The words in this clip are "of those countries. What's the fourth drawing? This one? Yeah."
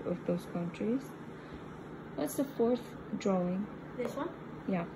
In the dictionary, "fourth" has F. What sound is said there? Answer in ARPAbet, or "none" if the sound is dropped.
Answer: F